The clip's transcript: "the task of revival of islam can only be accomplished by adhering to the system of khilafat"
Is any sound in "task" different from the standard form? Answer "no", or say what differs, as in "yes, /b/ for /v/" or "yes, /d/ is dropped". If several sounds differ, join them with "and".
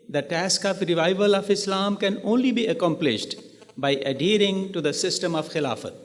no